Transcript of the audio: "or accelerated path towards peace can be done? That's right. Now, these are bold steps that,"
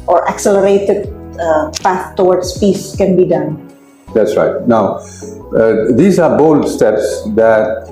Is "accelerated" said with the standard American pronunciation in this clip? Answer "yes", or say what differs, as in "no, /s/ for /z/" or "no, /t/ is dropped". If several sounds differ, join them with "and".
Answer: yes